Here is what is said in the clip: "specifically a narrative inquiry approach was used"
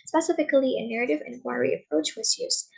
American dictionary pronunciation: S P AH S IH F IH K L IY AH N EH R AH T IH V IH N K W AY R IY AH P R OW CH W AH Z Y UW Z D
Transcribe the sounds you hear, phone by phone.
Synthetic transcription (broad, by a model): S P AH S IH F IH K L IY AH N EH R AH T IH V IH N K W AY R IY AH P R OW CH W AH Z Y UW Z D